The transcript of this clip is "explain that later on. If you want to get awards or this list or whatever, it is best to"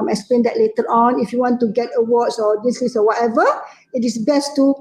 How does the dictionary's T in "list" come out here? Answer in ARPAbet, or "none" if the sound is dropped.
none